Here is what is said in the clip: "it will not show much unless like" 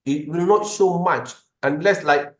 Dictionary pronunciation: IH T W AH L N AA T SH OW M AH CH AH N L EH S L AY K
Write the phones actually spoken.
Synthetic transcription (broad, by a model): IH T W AH L N AA T S OW M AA CH AH N L EH S L AY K